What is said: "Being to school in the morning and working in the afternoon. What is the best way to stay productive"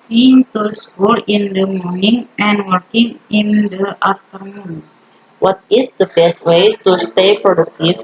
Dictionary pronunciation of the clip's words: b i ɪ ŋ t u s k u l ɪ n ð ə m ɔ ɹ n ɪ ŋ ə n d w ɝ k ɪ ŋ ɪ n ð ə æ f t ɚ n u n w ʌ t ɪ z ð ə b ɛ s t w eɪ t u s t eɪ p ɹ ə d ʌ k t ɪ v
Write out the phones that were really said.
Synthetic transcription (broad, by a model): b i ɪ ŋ t u s k u l ɪ n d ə m ɔ ɹ n ɪ ŋ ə n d w ɝ k ɪ ŋ ɪ n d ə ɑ f t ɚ n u n w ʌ t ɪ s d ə b ɛ s t w eɪ t u s t eɪ p ɹ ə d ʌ k t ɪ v